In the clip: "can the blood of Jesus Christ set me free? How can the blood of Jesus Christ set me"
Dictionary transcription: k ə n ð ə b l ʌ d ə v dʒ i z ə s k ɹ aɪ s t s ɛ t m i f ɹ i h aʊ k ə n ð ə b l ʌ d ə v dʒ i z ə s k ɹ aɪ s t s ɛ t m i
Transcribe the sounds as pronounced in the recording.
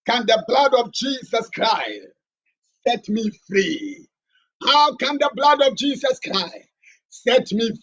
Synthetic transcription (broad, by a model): k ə n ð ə b l ʌ d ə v dʒ i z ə s k ɹ aɪ s t s ɛ t m i f ɹ i h aʊ k ə n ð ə b l ʌ d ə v dʒ i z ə s k ɹ aɪ s t s ɛ t m i